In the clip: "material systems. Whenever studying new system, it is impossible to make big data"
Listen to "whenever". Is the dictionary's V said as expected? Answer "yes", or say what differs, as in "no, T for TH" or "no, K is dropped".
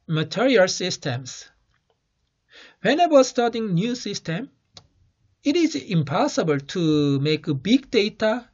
no, W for V